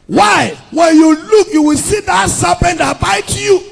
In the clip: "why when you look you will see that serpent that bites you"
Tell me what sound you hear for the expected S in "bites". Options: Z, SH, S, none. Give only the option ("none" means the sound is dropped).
none